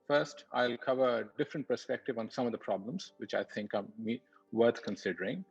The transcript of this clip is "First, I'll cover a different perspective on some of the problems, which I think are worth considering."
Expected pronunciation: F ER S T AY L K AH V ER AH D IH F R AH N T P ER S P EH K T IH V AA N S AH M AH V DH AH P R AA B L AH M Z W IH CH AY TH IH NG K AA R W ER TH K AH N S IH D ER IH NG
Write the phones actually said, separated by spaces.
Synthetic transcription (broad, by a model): F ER S T AY L K AH V ER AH D IH F R AH N T P ER S P EH K T IH V AA N S AH M AH V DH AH P R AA B L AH M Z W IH CH AY T IH NG K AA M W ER T K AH N S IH D ER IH NG